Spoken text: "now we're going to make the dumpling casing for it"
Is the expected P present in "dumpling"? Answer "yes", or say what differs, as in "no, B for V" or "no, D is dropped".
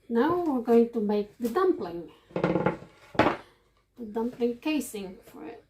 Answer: yes